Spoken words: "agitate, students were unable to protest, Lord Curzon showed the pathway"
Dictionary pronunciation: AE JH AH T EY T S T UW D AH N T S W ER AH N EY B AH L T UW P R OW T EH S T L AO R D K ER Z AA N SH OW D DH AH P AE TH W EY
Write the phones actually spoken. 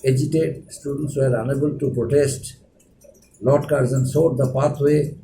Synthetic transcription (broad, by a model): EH JH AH T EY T S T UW D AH N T S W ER AH N EY B AH L T UW P R OW T EH S T L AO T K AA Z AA N S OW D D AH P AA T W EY